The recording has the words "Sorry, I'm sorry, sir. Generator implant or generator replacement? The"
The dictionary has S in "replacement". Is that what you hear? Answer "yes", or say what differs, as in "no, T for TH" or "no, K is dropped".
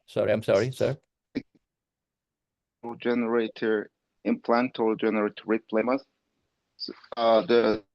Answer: no, S is dropped